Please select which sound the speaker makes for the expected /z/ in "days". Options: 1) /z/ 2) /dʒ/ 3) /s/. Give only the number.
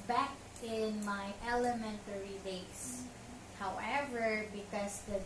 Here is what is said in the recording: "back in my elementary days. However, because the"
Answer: 3